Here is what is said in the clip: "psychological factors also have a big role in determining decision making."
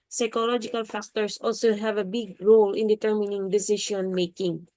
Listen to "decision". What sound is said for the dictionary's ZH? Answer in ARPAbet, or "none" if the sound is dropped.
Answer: SH